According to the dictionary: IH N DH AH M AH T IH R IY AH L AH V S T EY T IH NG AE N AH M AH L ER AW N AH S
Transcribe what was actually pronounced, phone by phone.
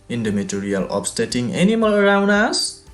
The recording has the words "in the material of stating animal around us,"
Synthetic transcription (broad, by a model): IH N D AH M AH T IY R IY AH L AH P S T EY T IH NG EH N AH M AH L ER AW N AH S